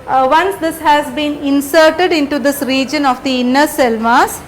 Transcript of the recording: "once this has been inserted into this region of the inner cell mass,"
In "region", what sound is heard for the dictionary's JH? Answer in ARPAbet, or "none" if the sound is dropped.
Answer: JH